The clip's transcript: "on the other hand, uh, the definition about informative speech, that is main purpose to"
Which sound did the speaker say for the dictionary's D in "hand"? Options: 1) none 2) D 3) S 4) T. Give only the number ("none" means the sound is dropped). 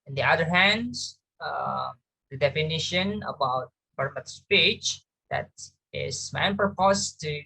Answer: 2